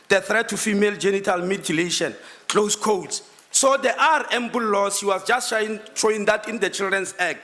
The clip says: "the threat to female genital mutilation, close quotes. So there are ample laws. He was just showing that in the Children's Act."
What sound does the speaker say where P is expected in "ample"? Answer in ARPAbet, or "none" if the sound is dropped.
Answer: B